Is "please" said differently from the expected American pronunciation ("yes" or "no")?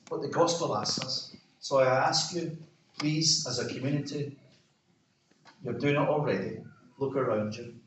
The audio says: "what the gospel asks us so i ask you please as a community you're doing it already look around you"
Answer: no